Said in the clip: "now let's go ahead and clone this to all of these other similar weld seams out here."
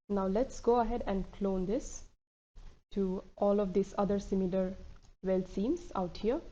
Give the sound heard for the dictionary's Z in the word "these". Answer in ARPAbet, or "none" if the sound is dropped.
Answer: S